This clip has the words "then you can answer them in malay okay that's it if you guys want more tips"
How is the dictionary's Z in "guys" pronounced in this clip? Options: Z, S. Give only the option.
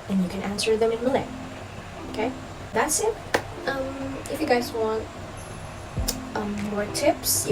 Z